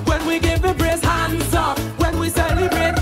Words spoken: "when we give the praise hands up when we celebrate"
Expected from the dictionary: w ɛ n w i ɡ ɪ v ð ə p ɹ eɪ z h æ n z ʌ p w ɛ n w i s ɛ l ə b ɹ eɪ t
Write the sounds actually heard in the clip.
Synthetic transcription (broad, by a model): w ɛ n w i ɡ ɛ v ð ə b ɹ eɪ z h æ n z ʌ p w ɛ n w i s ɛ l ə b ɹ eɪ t